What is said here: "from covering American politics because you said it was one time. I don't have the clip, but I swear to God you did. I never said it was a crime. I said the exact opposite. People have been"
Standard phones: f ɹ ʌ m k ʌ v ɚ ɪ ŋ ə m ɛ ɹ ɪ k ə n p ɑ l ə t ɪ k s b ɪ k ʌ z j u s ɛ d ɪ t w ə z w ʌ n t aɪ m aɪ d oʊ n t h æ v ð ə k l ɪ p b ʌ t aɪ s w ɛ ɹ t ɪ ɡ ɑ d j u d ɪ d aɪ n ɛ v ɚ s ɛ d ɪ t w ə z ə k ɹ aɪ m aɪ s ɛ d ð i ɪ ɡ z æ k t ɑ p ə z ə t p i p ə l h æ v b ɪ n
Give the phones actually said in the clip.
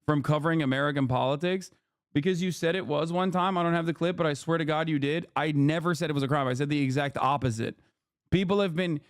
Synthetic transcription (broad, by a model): f ɹ ʌ m k ʌ v ɚ ɪ ŋ ə m ɛ ɹ ɪ k ə n p ɑ l ə t ɪ k s b ɪ k ʌ z j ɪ s ɛ d ɪ t w ə z w ʌ n t aɪ m aɪ d oʊ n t h æ v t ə k l ɪ p b ʌ t aɪ s w ɛ ɹ t ɪ ɡ ɑ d j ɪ d ɪ d aɪ n ɛ v ɚ s ɛ d ɪ t w ə z ə k ɹ aɪ m aɪ s ɛ d ð i ɪ ɡ z æ k t ɑ p ə z ə t p i p l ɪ v b ɪ n